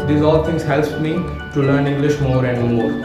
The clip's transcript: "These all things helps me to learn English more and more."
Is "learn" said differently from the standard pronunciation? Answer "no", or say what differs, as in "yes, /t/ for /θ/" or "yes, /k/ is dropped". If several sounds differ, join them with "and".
no